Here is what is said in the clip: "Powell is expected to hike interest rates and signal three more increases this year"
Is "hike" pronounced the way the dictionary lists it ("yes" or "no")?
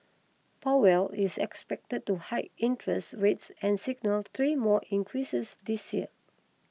no